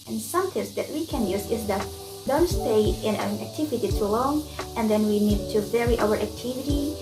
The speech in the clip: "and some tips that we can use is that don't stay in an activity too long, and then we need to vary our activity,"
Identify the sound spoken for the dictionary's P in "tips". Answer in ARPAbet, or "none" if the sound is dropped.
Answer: none